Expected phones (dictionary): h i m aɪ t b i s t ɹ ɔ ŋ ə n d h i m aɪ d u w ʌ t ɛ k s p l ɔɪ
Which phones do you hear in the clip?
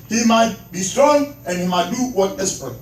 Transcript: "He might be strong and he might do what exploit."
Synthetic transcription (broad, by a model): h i m aɪ t b i s t ɹ ɔ ŋ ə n h i m aɪ d u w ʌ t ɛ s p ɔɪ